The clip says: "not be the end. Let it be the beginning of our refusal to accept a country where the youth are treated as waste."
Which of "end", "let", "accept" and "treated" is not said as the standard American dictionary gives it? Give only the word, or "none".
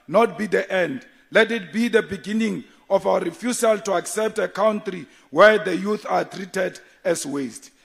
none